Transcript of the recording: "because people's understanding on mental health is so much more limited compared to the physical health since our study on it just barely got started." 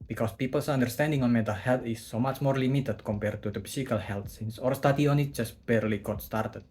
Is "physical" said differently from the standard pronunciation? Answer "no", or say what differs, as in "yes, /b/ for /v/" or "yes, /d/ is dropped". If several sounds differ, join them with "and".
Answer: yes, /s/ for /z/